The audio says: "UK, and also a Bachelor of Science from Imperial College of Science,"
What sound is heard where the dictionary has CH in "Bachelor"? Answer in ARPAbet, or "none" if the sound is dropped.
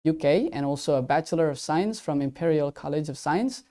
CH